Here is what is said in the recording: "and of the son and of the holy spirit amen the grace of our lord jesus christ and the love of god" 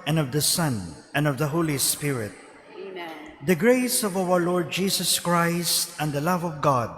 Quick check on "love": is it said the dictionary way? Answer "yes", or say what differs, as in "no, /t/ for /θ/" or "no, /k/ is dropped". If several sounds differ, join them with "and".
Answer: yes